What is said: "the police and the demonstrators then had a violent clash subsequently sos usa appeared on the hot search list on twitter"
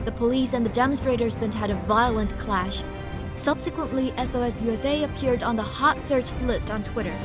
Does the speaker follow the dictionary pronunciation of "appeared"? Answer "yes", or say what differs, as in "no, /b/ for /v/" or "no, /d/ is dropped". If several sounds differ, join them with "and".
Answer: yes